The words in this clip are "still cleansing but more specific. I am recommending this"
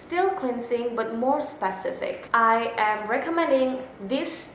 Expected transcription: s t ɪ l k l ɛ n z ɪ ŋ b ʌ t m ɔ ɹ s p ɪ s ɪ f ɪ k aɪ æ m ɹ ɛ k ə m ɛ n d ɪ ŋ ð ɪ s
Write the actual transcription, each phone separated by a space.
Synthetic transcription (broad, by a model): s t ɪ l k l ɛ n s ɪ ŋ b ʌ t m ɔ ɹ s p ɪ s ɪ f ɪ k aɪ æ m ɹ ɛ k ə m ɛ n d ɪ ŋ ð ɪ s